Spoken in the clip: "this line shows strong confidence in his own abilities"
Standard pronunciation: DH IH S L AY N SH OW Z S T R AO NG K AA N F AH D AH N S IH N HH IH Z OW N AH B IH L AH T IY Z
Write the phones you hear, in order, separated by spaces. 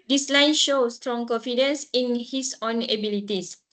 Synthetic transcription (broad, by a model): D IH S L AY N SH OW S T R AO NG K AA N F AH D AH N S IH N HH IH S OW N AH B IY L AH T IY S